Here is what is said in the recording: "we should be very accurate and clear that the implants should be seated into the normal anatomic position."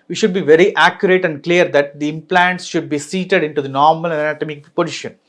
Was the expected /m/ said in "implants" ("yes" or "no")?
yes